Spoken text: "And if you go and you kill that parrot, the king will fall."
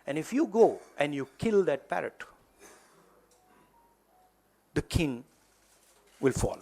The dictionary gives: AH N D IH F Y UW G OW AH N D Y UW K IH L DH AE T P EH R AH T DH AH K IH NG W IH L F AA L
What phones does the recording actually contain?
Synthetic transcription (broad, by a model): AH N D IH F Y UW G OW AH N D Y UW K IH L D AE T P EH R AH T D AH K IH NG W IH L F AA L